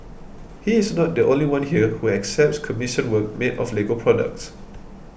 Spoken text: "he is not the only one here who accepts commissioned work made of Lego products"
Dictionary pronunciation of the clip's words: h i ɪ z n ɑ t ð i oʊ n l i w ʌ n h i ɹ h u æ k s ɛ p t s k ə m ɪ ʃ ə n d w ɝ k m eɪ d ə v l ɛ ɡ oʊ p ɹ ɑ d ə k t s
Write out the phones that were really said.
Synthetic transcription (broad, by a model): h i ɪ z n ɑ t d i oʊ n l i w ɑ n h i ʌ h u æ k s ɛ p t s k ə m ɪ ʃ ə n w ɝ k m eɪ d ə f l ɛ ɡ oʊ p ɹ ɑ d ə k t s